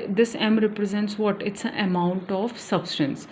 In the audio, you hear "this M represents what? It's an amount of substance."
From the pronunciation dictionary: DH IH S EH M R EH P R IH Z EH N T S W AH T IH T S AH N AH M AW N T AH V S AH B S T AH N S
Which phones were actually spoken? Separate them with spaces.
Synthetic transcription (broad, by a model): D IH S EH M R EH P R IH Z EH N T S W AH T IH T S AH N AH M AW N T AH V S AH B S T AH N S